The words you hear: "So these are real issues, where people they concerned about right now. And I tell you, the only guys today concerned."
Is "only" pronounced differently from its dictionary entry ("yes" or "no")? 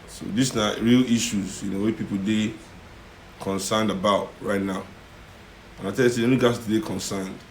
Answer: yes